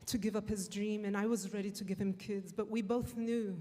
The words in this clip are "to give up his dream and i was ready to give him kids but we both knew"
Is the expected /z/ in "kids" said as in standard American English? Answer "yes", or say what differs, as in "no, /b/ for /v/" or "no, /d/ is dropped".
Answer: yes